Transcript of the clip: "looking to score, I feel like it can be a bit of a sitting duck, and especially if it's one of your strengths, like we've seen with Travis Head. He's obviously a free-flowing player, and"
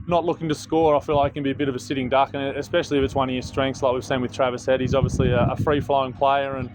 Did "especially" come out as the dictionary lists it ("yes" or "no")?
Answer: yes